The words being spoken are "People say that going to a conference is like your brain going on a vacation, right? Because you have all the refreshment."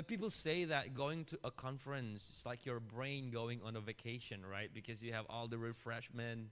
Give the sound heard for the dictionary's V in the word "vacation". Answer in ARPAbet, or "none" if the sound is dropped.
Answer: V